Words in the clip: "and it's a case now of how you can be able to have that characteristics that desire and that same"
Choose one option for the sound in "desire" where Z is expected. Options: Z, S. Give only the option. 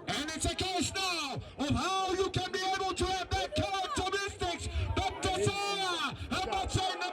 S